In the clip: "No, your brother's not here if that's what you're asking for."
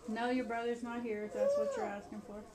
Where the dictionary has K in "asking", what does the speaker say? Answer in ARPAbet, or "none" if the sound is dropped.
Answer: K